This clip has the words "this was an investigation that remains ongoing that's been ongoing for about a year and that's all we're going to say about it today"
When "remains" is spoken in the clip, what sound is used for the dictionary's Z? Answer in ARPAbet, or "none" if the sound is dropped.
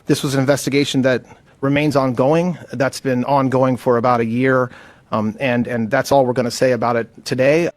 Z